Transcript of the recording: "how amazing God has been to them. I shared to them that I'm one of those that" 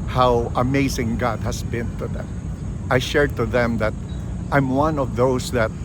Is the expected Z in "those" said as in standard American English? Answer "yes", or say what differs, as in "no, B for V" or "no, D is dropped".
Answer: no, S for Z